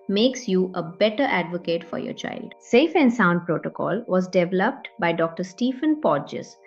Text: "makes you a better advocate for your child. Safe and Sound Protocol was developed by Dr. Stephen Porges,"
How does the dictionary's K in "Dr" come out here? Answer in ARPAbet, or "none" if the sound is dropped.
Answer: K